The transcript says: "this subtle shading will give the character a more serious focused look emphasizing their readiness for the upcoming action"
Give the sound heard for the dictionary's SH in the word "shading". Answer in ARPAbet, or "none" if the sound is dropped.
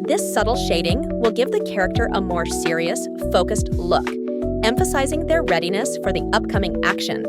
SH